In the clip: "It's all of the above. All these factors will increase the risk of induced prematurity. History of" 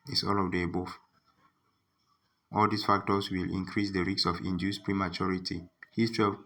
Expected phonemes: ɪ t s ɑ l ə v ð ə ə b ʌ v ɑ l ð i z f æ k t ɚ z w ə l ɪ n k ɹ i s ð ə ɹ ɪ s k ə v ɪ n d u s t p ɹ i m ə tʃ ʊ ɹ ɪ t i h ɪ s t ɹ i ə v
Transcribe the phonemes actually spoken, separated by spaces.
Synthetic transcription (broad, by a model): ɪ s ɑ l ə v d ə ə b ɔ f ɑ l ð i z f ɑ k t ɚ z w ə l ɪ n k ɹ i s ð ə ɹ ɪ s ə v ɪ n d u s p ɹ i m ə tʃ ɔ ɹ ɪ t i h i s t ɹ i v